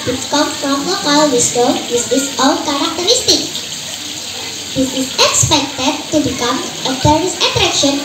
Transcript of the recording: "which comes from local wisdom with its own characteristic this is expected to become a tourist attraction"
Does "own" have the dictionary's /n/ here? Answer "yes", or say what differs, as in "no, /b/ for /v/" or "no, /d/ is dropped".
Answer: no, /l/ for /n/